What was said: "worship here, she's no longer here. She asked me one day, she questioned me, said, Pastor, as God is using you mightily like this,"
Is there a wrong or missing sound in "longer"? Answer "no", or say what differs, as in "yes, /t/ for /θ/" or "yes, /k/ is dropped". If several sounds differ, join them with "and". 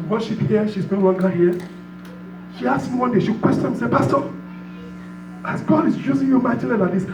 yes, /n/ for /l/